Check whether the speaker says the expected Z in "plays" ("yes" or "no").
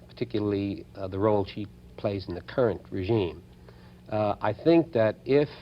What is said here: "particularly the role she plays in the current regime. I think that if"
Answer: yes